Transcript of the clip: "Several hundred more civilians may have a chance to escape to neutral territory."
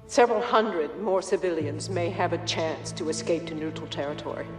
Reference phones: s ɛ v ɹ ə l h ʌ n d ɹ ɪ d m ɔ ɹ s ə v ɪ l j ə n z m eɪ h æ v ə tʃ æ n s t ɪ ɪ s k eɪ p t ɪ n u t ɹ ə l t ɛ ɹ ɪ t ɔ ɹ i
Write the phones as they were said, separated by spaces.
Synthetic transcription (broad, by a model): s ɛ v ɹ l h ʌ n d ɹ ɪ d m ɔ ɹ s ə v ɪ l j ə n z m eɪ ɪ v ə tʃ æ n s t ɪ ɪ s k eɪ p t ɪ n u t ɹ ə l t ɛ ɹ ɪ t ɔ ɹ i